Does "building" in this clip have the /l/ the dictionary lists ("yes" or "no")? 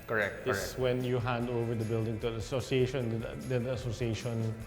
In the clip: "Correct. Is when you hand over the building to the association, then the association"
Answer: yes